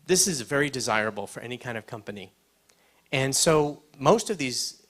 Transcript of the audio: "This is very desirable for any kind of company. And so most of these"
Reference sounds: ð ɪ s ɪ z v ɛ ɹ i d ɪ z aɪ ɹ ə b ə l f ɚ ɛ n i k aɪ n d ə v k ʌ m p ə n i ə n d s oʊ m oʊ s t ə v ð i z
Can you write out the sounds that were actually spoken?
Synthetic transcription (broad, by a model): ð ɪ s ɪ z v ɛ ɹ i d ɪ z aɪ ɹ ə b l f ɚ ɛ n i k aɪ n d ə v k ʌ m p ə n i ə n s oʊ m oʊ s t ə v ð i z